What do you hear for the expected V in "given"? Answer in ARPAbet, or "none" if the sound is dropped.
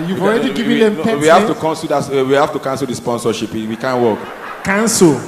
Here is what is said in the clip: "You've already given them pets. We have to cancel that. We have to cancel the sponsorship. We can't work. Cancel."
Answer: none